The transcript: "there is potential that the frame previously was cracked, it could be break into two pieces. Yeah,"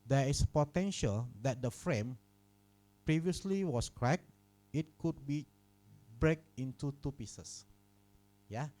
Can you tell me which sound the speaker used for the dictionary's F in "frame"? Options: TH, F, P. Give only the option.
F